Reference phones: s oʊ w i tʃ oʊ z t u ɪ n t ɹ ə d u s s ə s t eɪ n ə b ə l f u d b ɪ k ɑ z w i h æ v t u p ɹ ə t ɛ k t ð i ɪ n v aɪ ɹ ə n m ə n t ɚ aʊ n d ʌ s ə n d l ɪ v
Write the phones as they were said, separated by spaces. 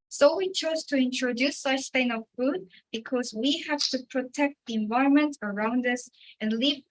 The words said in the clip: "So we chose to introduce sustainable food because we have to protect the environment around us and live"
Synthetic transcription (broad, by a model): s oʊ w i tʃ oʊ z t u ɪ n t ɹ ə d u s s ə s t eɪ ə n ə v f u d b ɪ k ɑ z w i h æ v t u p ɹ ə t ɛ k t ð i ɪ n v aɪ ɹ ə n m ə n t ɚ aʊ n d ʌ s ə n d l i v